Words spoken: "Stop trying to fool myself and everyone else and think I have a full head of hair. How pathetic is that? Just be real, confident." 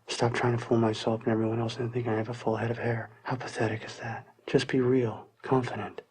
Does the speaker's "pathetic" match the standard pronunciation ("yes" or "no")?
yes